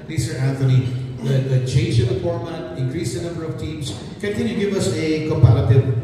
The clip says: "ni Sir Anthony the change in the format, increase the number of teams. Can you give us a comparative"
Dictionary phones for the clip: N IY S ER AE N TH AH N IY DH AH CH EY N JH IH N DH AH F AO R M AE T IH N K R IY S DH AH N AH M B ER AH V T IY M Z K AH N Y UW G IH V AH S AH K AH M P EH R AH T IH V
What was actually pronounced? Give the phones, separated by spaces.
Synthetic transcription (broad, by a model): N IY S ER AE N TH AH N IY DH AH CH EY N JH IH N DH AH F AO R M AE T IH N K R IY S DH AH N AH M B ER AH V T IY M S K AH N Y UW G IH V AH S AH K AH M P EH R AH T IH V